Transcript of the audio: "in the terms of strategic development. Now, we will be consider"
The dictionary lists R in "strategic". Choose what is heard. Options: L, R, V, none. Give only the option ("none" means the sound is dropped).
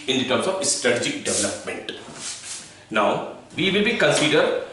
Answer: R